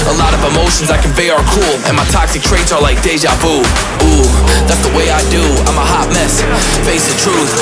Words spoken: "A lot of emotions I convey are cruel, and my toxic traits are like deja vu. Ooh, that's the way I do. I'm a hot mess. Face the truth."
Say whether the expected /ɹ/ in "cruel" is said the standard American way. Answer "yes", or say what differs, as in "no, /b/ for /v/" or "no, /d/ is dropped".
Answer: no, /ɹ/ is dropped